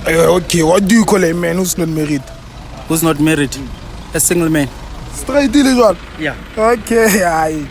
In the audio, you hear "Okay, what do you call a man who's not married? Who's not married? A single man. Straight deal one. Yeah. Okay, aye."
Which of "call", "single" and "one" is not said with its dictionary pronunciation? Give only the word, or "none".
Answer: one